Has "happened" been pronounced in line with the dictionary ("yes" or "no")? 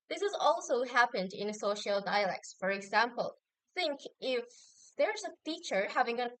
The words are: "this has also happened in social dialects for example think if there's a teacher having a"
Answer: yes